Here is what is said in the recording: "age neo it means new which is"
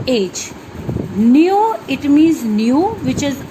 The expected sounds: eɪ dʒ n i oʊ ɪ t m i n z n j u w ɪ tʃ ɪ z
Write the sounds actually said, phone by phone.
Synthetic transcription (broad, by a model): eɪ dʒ n i oʊ ɪ t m i z n j u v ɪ tʃ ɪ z